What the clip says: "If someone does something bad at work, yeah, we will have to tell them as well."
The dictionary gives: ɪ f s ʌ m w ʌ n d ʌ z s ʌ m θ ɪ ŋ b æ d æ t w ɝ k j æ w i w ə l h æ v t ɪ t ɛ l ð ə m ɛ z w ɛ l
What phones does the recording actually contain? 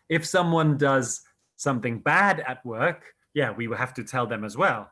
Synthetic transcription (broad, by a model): ɪ f s ʌ m w ʌ n d ʌ z s ʌ m θ ɪ ŋ b æ d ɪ t w ɝ k j æ w i w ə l h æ f t ɪ t ɛ l ð ə m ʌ z w ɛ l